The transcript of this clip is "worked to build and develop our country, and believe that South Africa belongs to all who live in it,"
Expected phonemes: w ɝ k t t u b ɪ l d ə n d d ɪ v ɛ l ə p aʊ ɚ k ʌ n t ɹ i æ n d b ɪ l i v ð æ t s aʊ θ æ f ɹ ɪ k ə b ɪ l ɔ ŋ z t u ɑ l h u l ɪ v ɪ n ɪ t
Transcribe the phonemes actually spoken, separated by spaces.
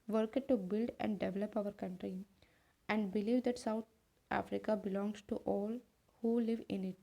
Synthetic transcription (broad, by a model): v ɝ k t t u b ɪ l d ə n d d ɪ v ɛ l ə p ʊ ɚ k ʌ n t ɹ i æ n d b ɪ l i v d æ t s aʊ t æ f ɹ ɪ k ə b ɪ l ɔ ŋ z t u ɑ l h u l ɪ v ɪ n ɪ t